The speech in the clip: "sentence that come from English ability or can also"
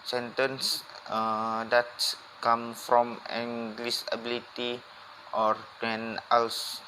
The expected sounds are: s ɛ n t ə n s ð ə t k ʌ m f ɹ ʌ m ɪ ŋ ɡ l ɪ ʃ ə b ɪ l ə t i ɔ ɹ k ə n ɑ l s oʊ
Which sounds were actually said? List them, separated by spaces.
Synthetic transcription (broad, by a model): s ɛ n t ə n s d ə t k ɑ m f ɹ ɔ m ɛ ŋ ɡ l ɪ s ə b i l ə t i ɔ ɹ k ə n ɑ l s